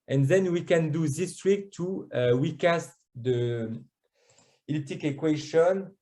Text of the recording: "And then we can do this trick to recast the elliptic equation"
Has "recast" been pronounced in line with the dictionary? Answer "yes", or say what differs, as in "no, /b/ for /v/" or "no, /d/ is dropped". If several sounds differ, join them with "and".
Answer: no, /w/ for /ɹ/